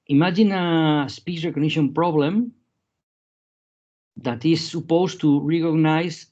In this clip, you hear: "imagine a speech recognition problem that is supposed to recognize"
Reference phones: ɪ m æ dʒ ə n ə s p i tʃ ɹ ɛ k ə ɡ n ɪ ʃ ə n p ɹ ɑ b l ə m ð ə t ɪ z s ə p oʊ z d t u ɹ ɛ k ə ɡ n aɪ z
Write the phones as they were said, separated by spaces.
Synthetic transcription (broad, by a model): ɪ m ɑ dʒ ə n ə s p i s ɹ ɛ k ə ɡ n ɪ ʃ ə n p ɹ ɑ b l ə m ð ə t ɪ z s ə p oʊ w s t u ɹ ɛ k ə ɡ n aɪ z